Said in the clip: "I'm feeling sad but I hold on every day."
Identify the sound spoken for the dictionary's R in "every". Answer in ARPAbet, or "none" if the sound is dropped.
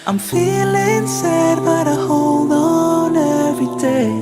none